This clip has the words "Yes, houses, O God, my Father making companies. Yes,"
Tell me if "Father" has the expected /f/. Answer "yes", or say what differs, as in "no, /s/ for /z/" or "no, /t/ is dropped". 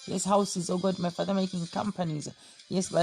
yes